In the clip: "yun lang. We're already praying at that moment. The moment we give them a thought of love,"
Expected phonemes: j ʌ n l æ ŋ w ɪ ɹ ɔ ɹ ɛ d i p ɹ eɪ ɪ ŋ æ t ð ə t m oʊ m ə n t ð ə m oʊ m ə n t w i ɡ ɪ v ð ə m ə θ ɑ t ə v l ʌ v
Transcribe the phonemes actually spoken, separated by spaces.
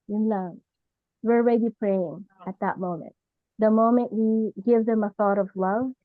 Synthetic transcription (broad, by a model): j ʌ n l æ w ɪ ɹ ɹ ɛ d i p ɹ eɪ ɪ ŋ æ t ð ə t m oʊ m ə n t ð ə m oʊ m ə n t w i ɡ ɪ v ð ə m ə θ ɑ t ə v l ʌ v